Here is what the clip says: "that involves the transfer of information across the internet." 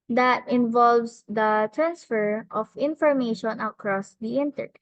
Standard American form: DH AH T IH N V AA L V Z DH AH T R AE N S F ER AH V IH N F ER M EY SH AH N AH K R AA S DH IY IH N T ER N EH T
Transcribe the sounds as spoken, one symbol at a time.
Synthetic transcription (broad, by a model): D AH T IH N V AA L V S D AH T R AE N S F ER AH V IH N F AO M EY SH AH N AH K R AA S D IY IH N T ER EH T